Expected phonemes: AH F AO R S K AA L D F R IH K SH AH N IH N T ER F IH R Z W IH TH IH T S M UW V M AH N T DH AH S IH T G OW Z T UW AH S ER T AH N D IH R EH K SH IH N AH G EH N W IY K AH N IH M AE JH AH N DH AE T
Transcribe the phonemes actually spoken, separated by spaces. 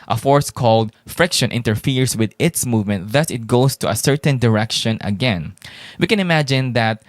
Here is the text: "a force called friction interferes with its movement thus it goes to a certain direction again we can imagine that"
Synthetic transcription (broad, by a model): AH F AO R S K AA L D F R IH K SH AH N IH N T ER F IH R S W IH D IH T S M UW V M AH N T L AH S IH T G OW S T UW AH S ER T AH N D IH R EH K SH IH N AH G EH N W IY K AH N IH M AE JH AH N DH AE T